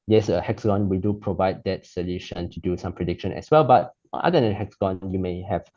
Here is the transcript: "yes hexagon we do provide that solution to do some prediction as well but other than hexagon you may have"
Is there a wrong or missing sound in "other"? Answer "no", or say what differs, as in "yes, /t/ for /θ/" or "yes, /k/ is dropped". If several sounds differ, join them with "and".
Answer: yes, /ð/ is dropped